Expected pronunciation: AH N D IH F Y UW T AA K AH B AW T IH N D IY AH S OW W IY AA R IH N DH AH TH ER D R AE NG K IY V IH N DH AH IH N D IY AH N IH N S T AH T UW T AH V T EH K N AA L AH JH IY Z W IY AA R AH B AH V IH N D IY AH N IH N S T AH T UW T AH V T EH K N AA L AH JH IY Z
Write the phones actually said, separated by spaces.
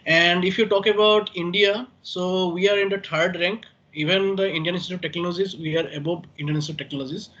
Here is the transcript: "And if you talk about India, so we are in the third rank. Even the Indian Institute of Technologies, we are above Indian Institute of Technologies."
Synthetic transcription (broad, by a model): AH N D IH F Y UW T AA K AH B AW T IH N D IY AH S OW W IY AA R IH N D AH T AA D R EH NG K IY V IH N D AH IH N D IY AH N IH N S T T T AH V T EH K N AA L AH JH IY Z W IY AA R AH B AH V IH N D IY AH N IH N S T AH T T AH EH K N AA L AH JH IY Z